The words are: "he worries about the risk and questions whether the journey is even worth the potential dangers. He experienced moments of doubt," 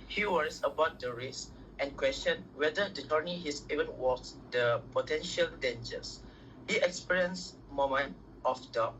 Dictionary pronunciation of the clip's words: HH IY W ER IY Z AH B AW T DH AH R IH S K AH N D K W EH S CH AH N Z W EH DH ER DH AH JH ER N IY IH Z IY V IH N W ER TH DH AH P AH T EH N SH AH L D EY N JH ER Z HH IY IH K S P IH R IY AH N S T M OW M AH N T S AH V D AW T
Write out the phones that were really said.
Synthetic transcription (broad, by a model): HH IY W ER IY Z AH B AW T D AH R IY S AH N K W EH S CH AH N W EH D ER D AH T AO N IY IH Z IY V IH N W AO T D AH P AH T EH N SH AH L D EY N JH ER S HH IY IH K S P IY R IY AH N S M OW M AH N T AH F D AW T